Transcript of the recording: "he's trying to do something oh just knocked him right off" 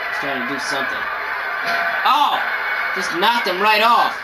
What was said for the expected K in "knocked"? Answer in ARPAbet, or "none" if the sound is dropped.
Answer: none